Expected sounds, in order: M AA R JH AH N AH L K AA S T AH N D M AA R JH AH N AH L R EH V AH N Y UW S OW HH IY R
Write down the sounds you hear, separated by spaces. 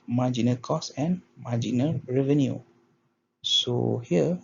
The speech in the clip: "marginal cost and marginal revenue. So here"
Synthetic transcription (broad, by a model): M AA JH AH N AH K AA S AH N M AA JH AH N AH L R EH V AH N Y UW S OW HH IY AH